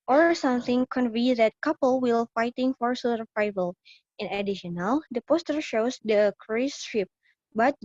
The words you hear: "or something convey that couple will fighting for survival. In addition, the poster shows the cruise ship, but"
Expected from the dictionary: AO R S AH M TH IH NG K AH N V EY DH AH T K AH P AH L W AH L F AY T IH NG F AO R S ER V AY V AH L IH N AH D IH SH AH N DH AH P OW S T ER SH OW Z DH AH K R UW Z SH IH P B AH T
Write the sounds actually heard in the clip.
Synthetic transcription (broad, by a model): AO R S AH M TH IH NG K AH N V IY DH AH T K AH P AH L W AH L F AY T IH NG F AO R S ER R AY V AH L IH N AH D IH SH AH N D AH P OW S T ER SH OW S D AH K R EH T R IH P B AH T